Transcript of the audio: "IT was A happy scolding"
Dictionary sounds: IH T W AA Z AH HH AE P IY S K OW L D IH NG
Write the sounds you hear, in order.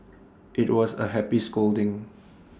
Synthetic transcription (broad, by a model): IH T W AA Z AH HH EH P IY S K OW L D IH NG